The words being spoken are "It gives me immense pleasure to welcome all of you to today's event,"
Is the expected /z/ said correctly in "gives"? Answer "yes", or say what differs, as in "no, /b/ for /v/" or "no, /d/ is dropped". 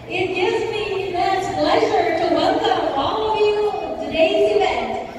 yes